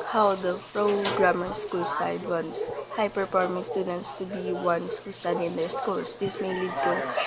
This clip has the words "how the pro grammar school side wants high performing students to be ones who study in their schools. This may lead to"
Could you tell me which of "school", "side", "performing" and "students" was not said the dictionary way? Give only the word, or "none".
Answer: performing